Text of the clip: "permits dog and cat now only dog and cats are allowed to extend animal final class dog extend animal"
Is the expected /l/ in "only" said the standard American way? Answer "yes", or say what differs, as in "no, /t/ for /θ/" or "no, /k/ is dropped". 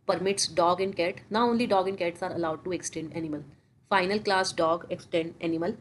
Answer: yes